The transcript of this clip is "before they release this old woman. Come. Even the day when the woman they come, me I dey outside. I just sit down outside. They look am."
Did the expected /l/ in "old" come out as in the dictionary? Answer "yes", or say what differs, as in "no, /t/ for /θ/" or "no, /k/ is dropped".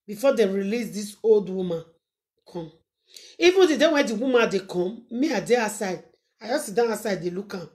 yes